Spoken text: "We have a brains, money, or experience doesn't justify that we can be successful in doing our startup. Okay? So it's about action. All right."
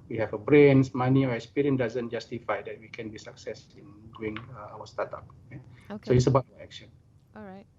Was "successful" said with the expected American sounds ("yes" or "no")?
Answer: no